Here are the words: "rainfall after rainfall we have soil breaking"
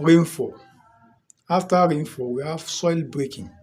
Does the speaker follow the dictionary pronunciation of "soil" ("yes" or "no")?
yes